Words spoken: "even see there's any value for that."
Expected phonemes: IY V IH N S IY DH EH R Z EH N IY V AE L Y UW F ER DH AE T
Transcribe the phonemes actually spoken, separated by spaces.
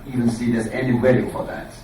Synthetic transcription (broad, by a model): IY V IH N S IY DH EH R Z EH N IY W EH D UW F ER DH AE T